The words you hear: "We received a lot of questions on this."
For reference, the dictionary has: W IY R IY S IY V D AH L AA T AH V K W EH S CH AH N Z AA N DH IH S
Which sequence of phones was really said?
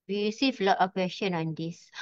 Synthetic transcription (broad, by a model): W IY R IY S IY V L AA T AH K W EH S SH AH N AA N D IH S